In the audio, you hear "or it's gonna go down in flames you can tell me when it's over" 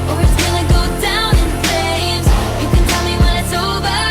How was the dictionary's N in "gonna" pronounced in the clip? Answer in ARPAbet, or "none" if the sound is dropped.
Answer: L